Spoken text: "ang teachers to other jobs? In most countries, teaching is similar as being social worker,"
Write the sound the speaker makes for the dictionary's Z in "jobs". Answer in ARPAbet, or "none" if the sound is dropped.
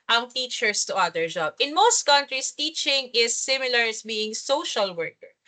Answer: none